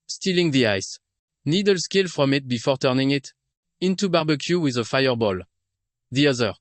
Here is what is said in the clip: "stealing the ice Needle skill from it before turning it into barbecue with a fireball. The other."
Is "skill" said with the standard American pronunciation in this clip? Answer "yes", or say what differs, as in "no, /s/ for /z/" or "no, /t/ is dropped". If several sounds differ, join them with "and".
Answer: yes